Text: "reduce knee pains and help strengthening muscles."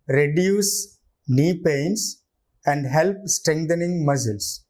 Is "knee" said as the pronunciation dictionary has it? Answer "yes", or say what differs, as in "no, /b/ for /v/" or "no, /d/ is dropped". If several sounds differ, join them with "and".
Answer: yes